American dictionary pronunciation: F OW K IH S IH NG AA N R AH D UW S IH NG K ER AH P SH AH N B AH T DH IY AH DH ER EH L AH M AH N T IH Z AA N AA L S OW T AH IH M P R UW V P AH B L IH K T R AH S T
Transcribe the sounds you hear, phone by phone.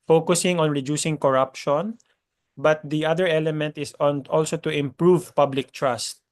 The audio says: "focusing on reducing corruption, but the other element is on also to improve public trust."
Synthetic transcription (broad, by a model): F OW K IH S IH NG AA N R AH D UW S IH NG K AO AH P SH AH N B AH T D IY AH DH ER EH L AH M AH N T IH S AA N AA L S OW T AH IH M P R UW V P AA B L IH K T R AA S T